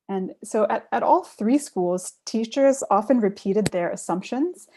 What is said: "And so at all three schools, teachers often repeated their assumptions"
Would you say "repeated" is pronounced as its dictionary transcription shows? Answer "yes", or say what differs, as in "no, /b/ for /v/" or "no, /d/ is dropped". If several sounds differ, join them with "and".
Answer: yes